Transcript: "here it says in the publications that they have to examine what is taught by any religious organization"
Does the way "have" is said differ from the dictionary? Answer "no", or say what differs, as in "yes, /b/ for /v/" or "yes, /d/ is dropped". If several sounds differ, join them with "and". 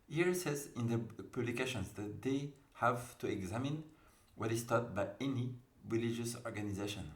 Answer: no